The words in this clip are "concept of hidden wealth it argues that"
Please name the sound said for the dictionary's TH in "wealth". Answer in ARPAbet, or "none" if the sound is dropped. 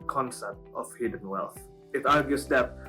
TH